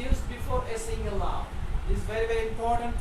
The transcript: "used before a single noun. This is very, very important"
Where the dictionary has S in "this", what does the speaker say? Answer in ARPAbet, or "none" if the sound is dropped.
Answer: none